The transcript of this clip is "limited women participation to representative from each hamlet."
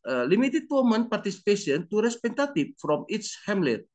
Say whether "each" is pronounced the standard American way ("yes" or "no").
no